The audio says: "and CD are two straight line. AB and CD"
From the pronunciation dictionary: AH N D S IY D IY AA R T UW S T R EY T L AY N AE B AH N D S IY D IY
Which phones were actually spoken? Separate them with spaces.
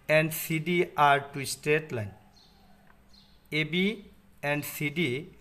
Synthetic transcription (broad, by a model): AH N D S IY D IY AA R T UW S T EY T L AY N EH B AH N D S IY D IY